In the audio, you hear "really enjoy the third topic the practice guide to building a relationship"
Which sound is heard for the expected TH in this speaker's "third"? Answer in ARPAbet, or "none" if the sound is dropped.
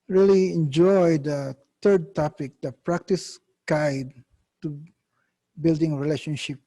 T